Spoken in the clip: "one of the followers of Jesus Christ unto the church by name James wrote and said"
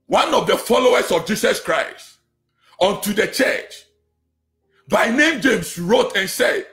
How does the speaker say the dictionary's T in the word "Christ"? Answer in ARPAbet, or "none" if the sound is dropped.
T